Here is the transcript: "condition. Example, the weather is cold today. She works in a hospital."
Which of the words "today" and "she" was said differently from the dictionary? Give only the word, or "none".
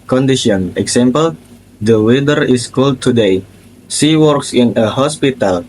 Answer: she